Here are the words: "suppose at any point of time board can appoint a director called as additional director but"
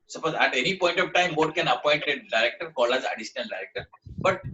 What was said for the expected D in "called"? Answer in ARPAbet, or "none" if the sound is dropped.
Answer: none